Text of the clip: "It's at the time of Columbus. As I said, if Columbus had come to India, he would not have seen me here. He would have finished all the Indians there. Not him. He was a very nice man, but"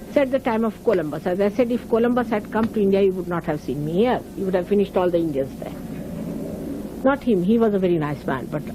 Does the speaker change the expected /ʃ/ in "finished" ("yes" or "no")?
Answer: no